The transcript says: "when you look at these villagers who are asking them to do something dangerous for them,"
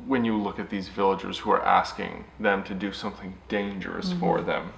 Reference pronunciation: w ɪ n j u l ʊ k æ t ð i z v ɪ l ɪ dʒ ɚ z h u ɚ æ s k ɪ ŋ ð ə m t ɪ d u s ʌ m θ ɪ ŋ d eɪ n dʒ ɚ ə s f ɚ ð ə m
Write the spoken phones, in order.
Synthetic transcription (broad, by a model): w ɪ n j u l ʊ k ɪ t ð i z v ɪ l ɪ dʒ ɚ z h u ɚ æ s k ɪ ŋ ð ə m t ɪ d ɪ s ʌ m θ ɪ ŋ d eɪ n dʒ ɚ ə s f ɚ ð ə m